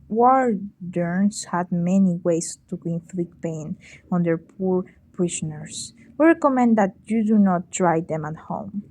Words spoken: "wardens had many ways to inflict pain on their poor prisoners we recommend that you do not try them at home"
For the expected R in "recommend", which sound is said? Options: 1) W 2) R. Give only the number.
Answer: 2